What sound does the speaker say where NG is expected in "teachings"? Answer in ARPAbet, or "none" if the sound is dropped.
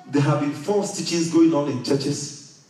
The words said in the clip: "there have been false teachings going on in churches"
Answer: none